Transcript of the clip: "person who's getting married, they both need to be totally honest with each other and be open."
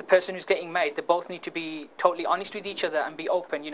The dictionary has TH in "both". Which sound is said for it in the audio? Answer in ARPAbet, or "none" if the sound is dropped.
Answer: TH